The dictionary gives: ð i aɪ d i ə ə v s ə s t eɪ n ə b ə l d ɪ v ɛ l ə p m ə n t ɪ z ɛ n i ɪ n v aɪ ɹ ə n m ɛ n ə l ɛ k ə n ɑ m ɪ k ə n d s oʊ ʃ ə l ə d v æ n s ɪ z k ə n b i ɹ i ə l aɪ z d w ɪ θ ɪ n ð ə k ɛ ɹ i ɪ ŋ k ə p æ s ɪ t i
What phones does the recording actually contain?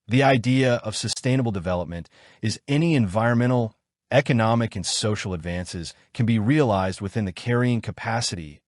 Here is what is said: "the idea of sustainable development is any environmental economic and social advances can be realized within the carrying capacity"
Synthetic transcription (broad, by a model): ð i aɪ d i ə ə v s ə s t eɪ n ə b l d ɪ v ɛ l ə p m ə n t ɪ z ɛ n i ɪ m v aɪ ɹ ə n m ɛ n l ɛ k ə n ɑ m ɪ k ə n s oʊ ʃ l ə d v æ n s ɪ z k ə n b i ɹ i ə l aɪ z d w ɪ θ ɪ n ð ə k ɛ ɹ i ɪ ŋ k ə p æ s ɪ t i